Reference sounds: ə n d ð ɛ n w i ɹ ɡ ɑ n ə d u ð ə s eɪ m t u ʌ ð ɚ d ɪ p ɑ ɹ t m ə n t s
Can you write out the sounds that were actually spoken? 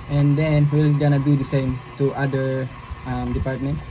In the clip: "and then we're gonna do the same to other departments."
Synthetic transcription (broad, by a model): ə n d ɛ n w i l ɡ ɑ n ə d u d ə s eɪ m t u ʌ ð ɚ d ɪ p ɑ ɹ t m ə n t s